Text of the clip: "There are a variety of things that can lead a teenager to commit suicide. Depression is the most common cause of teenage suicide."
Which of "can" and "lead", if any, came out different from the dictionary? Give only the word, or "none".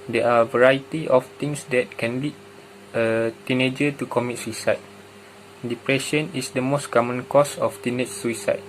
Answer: lead